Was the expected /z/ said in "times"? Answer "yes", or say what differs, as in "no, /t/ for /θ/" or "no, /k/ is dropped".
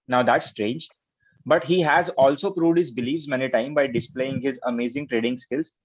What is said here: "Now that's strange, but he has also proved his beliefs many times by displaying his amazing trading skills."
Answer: no, /z/ is dropped